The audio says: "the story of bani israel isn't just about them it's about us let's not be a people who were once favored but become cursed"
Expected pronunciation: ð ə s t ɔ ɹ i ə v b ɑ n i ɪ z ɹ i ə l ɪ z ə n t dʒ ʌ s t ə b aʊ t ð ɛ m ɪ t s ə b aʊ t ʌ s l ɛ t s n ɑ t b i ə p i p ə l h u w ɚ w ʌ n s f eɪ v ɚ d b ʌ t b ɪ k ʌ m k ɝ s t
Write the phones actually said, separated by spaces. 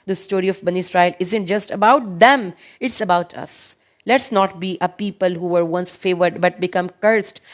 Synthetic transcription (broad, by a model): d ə s t ɔ ɹ i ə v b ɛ n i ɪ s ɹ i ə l ɪ z ə n t dʒ ʌ s t ə b aʊ t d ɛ m ɪ t s ə b aʊ t ʌ s l ɛ t s n ɑ t b i ə p i p ə l h u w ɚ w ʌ n s f eɪ v ɚ d b ʌ t b ɪ k ʌ m k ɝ s t